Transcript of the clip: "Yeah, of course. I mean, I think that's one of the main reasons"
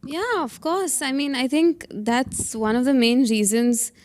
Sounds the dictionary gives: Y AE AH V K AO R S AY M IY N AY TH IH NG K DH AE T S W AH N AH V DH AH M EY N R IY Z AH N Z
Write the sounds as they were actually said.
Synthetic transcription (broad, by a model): Y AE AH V K AO R S AY M IY N AY TH IH NG K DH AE T S W AH N AH V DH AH M EY N R IY Z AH N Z